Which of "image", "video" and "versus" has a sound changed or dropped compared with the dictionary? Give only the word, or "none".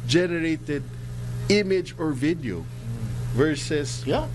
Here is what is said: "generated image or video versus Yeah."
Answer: none